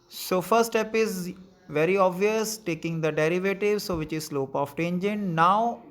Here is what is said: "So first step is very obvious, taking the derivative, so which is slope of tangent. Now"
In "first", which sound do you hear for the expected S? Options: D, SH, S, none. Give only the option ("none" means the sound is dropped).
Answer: none